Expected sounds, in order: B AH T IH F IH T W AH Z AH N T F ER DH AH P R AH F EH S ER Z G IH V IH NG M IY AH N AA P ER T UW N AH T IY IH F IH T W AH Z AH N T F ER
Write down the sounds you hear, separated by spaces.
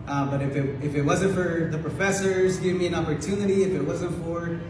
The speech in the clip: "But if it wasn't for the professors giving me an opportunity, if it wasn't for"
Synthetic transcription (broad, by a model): B AH T IH F IH T W AH Z AH N T F ER DH AH P R AH F EH S ER Z G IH V M IY AH N AA P ER T UW N AH T IY IH F IH T W AH Z AH N T F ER